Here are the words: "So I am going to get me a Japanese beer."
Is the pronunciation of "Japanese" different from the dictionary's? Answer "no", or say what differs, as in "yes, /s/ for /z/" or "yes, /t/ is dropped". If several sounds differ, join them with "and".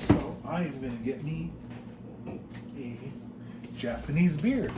no